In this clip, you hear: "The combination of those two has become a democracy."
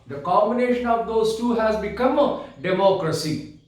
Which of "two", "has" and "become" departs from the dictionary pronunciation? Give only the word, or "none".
none